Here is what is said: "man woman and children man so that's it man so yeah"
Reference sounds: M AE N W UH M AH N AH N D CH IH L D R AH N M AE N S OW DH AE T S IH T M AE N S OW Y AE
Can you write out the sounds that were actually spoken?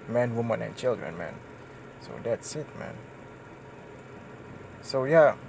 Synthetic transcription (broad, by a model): M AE N W UH M AH N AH N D CH IH L D R AH N M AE N S OW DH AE T S IH T M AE N S OW Y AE